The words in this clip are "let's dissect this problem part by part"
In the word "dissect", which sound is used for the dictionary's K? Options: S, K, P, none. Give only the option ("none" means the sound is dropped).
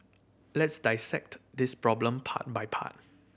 K